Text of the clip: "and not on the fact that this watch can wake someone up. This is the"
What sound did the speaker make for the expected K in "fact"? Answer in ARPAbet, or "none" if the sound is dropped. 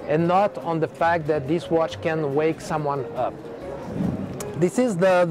K